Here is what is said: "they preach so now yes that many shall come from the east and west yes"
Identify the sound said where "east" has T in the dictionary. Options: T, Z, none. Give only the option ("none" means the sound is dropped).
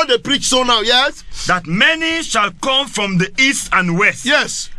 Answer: T